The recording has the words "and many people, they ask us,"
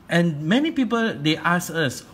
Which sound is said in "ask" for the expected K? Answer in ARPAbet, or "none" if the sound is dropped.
none